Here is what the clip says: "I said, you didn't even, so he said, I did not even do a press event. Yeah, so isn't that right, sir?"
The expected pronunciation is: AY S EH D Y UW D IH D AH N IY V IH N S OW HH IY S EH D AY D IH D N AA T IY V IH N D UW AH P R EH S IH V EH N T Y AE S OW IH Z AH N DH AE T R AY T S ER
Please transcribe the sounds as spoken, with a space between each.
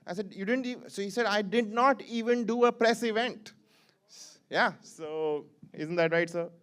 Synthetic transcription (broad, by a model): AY S EH D Y UW D IH D AH N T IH S OW HH IY S EH D AY D IH D N AA T IY V IH N D UW AH P R EH S IH V EH N T Y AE S OW IH Z AH N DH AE T R AY T S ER